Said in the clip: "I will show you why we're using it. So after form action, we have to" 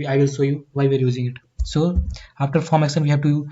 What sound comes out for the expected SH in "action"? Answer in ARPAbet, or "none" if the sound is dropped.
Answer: S